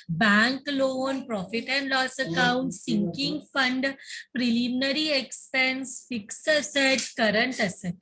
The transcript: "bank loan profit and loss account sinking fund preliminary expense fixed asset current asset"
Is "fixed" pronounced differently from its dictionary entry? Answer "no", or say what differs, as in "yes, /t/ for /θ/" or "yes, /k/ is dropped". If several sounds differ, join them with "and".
yes, /t/ is dropped